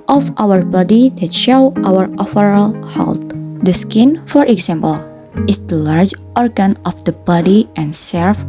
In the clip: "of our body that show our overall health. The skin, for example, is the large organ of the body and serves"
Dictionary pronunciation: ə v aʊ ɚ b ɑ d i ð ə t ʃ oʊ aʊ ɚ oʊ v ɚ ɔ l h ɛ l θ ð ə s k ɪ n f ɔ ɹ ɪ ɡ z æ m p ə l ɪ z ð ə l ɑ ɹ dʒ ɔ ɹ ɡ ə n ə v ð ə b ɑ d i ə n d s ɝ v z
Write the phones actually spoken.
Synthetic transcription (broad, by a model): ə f aʊ ɚ b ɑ d i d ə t ʃ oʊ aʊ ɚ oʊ f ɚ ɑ l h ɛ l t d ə s k ɪ n f ɔ ɹ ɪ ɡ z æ m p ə l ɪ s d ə l ɑ ɹ dʒ ɔ ɹ ɡ ə n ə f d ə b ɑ d i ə n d s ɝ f